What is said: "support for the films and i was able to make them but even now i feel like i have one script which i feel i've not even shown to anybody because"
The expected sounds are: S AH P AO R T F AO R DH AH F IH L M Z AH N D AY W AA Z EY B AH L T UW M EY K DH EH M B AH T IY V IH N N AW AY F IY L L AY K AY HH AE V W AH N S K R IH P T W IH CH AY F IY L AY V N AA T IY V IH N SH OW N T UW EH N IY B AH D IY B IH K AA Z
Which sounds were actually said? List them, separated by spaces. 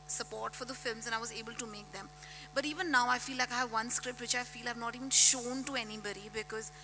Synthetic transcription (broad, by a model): S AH P AO R T F AO R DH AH F IH L M Z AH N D AY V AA Z EY B AH L T UW M EY K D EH M B AH T IY V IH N N AW AY F IY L L AY K AY HH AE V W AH N S K R IH P T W IH CH AY F IY L AY V N AA T IY V IH N SH OW N T UW EH N IY B AH D IY B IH K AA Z